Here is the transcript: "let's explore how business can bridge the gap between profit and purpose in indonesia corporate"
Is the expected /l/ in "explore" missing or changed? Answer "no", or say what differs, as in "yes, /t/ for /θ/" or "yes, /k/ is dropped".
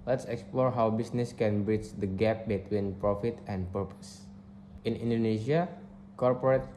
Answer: no